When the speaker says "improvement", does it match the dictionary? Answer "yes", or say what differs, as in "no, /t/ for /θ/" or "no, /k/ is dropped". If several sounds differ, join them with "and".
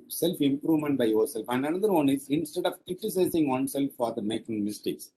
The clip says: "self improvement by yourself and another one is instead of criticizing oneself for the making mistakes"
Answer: yes